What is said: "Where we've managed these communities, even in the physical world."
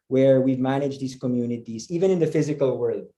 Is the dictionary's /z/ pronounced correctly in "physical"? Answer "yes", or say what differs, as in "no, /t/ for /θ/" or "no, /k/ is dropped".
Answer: yes